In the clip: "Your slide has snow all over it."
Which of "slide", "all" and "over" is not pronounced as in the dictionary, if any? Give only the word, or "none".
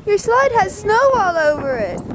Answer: none